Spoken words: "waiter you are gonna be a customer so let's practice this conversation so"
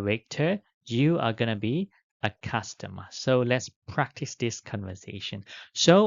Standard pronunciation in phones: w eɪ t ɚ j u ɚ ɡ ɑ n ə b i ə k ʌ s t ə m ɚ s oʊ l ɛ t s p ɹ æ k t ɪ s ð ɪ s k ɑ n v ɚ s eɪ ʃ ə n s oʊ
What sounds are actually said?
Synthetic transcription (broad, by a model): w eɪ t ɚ j u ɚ ɡ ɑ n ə b i ə k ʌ s t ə m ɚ s oʊ l ɛ t s p ɹ æ k t ɪ s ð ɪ s k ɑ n v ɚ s eɪ ʃ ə n s oʊ